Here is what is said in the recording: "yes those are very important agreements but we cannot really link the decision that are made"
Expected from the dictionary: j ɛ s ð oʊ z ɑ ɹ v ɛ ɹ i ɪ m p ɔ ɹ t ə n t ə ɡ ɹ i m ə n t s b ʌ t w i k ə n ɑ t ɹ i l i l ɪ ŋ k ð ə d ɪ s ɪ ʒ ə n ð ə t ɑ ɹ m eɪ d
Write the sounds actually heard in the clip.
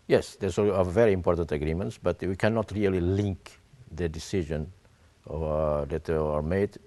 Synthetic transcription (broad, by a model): j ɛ s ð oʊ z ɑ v v ɛ ɹ i ɪ m p ɔ ɹ t ə n t ə ɡ ɹ i m ə n t s b ʌ t w i k ə n ɑ t ɹ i l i l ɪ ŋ k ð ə d ɪ s ɪ ʒ ə n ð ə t ɑ ɹ m eɪ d